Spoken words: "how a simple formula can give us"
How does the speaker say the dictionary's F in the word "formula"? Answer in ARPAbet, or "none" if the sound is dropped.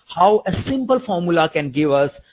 F